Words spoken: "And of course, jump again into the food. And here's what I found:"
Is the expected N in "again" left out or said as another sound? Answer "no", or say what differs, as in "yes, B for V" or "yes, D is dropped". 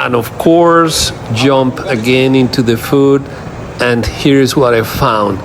no